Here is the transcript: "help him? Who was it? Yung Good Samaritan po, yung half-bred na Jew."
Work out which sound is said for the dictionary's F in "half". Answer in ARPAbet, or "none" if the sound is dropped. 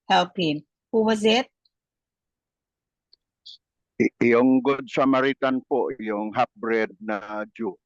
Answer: P